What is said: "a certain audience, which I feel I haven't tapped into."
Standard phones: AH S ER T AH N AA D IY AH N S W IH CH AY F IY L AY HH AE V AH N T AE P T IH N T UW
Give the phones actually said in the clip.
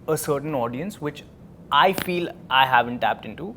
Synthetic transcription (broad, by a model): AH S ER T AH N AA D IY AH N S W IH CH AY F IY L AY HH AE V AH N T AE P T IH N T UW